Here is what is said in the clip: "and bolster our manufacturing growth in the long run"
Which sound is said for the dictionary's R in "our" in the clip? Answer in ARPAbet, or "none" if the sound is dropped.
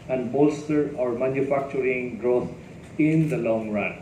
R